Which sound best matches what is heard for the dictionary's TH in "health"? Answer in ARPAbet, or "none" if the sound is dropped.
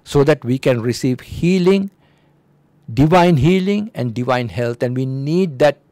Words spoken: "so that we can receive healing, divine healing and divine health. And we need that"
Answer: T